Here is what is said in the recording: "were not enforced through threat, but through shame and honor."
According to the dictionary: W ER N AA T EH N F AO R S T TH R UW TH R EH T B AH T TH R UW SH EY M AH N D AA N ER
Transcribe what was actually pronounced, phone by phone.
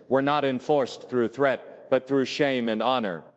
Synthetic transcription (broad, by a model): W ER N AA T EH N F AO R S TH R UW TH R EH T B AH T TH R UW SH EY M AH N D AA N ER